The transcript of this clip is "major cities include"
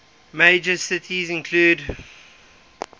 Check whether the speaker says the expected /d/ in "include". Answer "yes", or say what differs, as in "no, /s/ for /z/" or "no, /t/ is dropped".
yes